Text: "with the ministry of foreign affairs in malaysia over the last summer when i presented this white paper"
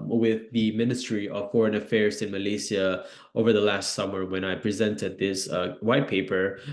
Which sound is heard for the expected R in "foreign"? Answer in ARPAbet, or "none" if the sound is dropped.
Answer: R